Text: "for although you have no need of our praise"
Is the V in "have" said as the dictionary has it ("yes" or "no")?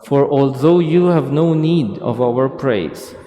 yes